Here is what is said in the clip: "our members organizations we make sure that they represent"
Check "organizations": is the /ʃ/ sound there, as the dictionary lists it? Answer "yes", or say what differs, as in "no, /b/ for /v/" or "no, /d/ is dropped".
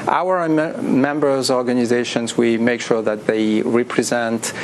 yes